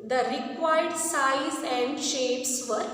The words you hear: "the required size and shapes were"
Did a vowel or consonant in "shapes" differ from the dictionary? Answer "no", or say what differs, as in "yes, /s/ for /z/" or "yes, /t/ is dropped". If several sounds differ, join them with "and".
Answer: no